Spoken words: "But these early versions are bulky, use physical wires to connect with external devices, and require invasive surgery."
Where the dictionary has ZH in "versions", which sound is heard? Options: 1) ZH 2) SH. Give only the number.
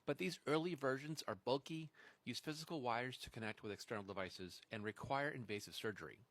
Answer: 1